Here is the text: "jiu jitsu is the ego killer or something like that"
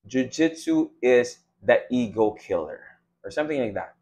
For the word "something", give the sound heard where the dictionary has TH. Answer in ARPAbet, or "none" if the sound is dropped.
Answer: TH